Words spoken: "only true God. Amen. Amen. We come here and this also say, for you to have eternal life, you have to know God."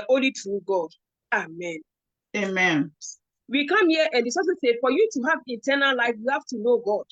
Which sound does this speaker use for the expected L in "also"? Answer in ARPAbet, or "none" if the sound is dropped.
none